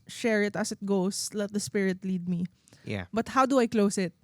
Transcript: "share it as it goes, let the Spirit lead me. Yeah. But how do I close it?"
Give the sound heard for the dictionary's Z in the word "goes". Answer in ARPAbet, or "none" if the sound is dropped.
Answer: S